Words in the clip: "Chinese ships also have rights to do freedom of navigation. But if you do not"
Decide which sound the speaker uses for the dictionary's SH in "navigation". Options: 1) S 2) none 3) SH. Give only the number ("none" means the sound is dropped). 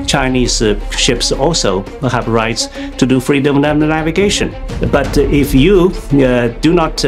3